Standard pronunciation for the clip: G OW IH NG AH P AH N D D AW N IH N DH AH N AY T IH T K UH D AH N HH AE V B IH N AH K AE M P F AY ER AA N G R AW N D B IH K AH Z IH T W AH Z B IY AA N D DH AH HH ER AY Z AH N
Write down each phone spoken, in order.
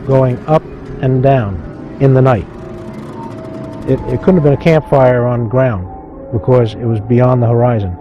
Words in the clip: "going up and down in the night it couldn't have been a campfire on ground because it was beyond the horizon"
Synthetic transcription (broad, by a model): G OW IH NG AH P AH N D D AW N IH N DH AH N AY T IH T K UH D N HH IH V B IH N AH K AE M P F AY ER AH N G R AW N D B IH K AH Z IH T W AH Z B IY AA N DH AH HH ER AY Z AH N